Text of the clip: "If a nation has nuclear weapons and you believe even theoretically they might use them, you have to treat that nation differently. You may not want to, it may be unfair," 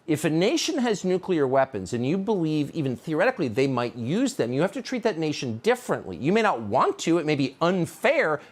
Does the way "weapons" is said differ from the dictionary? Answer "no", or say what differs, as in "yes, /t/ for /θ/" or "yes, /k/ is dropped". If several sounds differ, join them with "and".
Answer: no